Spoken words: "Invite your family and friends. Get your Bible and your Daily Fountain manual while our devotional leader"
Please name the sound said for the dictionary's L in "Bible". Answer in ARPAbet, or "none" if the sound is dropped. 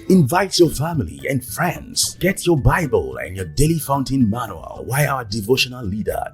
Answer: L